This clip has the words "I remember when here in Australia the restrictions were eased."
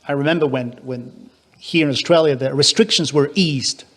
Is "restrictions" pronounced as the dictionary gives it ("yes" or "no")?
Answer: yes